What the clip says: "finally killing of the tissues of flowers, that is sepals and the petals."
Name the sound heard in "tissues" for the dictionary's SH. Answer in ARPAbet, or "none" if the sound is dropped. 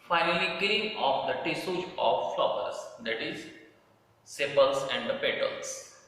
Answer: S